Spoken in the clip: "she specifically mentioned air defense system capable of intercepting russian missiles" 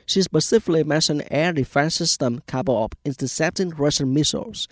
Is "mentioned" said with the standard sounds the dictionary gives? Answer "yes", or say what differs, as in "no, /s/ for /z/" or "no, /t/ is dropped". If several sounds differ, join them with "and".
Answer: no, /d/ is dropped